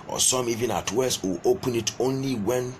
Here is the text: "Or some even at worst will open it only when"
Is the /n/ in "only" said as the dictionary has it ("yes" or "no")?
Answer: yes